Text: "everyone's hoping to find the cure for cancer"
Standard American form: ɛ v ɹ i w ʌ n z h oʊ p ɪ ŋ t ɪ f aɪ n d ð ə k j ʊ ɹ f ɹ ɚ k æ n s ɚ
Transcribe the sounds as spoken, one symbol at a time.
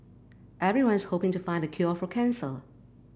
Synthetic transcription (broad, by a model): ɛ v ɹ i w ʌ n z h oʊ p ɪ ŋ t ɪ f aɪ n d ð ə k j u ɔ f ɹ ɚ k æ n s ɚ